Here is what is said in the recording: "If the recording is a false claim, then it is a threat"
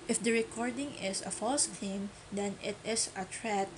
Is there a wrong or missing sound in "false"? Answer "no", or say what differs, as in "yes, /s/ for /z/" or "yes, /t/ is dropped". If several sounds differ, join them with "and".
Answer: no